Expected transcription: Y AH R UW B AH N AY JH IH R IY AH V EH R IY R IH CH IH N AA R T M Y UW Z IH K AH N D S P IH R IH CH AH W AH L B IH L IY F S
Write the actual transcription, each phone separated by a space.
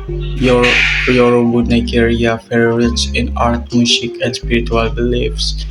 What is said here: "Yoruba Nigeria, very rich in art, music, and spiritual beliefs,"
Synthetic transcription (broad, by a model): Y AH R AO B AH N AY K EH R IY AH F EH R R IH S IH N AA R T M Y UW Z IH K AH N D S P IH R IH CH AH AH L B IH L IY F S